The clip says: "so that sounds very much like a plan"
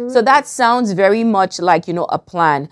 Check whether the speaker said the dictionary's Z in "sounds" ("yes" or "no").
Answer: yes